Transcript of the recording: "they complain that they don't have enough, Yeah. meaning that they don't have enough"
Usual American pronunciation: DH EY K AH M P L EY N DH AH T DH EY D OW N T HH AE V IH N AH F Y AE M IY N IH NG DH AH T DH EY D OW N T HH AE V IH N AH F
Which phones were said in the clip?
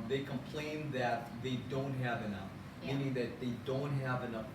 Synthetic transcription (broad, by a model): DH EY K AH M P L EY N DH AH T DH EY D OW N T HH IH V IH N AH F M IY N IH NG DH AH T DH EY D OW N T HH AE V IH N AH F